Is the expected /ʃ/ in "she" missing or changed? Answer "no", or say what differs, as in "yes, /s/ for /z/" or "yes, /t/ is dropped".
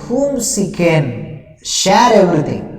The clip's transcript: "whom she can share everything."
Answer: yes, /s/ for /ʃ/